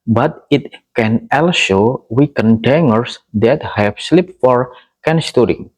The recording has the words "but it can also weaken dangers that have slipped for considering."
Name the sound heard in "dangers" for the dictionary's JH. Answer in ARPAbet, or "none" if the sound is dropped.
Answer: none